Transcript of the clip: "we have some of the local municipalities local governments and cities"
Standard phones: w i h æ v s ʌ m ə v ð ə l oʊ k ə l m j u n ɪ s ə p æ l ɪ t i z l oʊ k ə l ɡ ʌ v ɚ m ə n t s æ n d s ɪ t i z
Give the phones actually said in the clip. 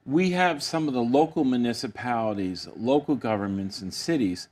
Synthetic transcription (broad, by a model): w i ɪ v s ʌ m ə v ð ə l oʊ k l m j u n ɪ s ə p æ l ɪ t i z l oʊ k l ɡ ʌ v ɚ m ə n t s n s ɪ t i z